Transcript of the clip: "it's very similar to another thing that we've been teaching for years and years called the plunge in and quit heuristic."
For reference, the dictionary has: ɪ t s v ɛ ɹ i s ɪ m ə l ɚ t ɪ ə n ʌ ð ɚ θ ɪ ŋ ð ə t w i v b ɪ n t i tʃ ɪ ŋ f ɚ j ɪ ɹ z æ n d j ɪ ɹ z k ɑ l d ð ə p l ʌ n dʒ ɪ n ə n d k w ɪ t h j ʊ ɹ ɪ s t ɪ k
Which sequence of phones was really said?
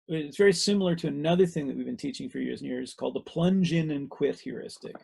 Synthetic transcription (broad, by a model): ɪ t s v ɛ ɹ i s ɪ m l ɚ t ɪ ə n ʌ ð ɚ θ ɪ ŋ ð ə t w i v b ɪ n t i tʃ ɪ ŋ f ɚ j ɪ ɹ z n j ɪ ɹ z k ɑ l d ð ə p l ʌ n dʒ ɪ n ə n k w ɪ t h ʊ ɹ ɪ s t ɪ k